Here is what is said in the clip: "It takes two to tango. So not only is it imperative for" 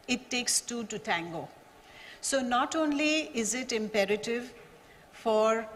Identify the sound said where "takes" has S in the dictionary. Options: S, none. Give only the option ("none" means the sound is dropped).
S